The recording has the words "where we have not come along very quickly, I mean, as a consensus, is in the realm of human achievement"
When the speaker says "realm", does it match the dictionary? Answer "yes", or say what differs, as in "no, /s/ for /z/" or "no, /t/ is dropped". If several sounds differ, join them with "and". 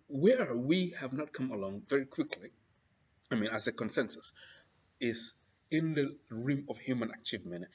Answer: no, /l/ is dropped